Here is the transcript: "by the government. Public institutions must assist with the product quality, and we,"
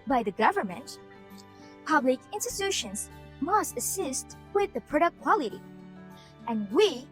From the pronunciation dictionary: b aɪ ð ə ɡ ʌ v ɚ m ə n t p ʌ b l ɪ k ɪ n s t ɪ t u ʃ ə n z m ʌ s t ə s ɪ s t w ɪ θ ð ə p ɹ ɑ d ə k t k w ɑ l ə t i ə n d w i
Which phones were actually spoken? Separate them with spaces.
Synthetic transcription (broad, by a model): b aɪ ð ə ɡ ʌ v ɚ m ə n t p ʌ b l ɪ k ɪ n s t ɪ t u ʃ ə n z m ʌ s t ə s ɪ s t w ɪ ð ə p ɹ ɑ d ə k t k w ɑ l ə t i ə n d w i